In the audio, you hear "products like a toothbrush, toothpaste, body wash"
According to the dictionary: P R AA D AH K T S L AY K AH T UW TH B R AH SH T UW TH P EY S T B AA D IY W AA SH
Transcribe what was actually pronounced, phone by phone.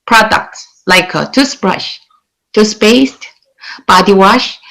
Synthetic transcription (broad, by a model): P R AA D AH K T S L AY K AH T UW S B R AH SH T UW S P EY S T B AA D IY W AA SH